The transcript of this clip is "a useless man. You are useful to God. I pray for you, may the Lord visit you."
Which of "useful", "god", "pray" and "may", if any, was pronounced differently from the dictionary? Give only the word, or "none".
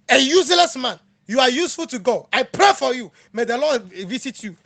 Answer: god